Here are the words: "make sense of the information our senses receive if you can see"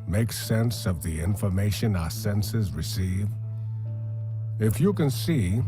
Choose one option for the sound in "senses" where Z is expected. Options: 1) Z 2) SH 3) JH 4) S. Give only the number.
1